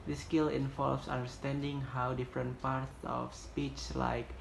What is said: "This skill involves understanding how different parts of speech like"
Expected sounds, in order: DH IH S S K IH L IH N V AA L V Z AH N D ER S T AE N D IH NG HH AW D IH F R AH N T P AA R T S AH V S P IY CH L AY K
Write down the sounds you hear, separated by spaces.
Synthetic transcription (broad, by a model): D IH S S K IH L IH N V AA L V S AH N D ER S T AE N D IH NG HH AW D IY F R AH N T P AA R T S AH F S P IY CH L AY K